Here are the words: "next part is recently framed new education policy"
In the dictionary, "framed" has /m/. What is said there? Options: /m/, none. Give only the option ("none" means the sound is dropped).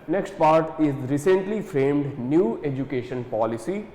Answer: /m/